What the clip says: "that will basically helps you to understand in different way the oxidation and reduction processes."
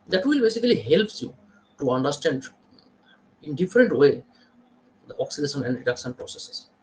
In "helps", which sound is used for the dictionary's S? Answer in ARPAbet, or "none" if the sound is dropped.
none